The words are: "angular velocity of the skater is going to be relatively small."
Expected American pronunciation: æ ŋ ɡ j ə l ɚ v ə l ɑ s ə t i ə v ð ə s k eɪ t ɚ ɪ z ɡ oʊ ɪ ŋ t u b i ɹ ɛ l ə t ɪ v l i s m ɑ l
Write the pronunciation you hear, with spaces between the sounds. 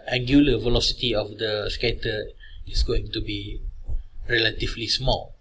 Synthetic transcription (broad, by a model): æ ŋ ɡ j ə l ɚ v ə l ɑ s ə t i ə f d ə s k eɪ t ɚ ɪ s ɡ oʊ ɪ ŋ t u b i ɹ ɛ l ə t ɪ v l i s m ɑ l